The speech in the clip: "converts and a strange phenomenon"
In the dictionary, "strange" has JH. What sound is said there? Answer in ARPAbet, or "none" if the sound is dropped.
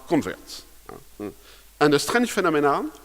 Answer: SH